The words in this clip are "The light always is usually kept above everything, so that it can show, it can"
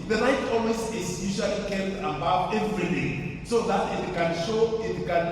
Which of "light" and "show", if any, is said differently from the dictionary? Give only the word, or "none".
light